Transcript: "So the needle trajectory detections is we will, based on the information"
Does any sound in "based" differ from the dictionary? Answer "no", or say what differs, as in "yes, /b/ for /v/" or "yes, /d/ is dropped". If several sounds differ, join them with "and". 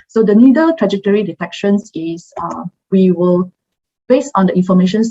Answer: yes, /t/ is dropped